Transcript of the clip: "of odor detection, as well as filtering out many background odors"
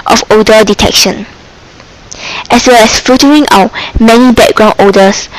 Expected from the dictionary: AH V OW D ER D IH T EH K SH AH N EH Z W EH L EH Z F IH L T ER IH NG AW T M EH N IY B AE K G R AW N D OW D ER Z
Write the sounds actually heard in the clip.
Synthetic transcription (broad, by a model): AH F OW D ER D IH T EH K SH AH N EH S W EH L EH S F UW T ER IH NG AW T M EH N IY B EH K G R AW N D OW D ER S